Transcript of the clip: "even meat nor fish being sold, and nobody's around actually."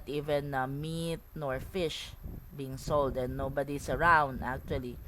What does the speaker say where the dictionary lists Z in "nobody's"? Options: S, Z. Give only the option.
S